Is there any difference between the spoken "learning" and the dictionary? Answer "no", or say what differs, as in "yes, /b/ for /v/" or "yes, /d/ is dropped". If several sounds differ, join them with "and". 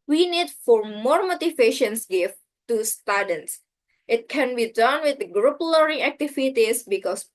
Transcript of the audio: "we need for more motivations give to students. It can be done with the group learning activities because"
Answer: yes, /n/ is dropped